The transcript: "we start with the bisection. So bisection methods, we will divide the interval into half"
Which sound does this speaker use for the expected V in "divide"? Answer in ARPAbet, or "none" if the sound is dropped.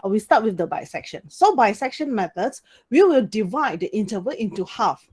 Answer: V